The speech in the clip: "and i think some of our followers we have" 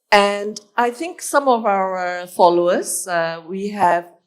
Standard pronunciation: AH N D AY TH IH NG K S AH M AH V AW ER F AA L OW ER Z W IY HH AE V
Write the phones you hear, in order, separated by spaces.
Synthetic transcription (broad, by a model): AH N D AY TH IH NG K S AH M AH V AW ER F AA L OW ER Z W IY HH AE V